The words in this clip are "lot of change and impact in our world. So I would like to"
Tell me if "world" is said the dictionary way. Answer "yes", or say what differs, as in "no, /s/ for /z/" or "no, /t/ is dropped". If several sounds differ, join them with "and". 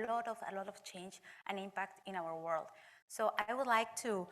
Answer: yes